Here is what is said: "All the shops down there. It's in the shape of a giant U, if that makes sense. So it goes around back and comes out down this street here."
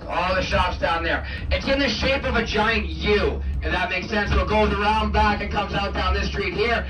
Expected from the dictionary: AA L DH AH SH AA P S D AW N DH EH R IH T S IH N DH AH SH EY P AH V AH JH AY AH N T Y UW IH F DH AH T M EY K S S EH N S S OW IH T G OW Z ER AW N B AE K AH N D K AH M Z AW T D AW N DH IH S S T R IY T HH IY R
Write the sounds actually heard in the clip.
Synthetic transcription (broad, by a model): AA L DH AH SH AA P S D AW N DH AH R IH T S IH N DH AH SH EY P AH V AH JH AY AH N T Y UW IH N DH AH T M EY K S S EH N S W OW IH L G OW Z ER AW N B AE K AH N K AH M Z AW T D AW N DH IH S S T R IY T HH IY R